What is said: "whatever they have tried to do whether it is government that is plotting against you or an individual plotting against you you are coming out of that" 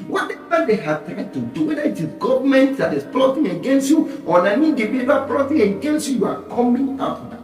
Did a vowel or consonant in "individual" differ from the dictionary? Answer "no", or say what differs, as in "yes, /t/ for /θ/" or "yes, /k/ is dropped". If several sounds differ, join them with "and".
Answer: yes, /dʒ/ is dropped